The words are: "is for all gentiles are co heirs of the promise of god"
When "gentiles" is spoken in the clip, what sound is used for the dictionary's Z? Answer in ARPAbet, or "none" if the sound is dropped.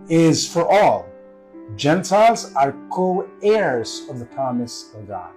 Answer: Z